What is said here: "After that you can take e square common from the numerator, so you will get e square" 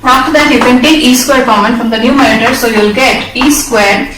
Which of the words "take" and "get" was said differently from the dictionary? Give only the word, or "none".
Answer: take